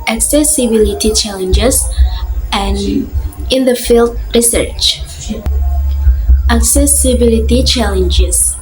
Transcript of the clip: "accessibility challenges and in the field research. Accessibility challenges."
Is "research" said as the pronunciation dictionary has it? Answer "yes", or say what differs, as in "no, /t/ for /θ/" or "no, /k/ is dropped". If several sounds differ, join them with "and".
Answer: yes